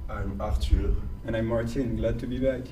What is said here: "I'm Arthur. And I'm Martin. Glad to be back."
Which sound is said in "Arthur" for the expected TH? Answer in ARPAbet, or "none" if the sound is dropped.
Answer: T